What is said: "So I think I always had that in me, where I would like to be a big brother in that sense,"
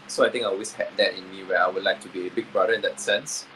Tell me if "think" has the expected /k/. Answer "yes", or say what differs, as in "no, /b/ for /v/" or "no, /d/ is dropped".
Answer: no, /k/ is dropped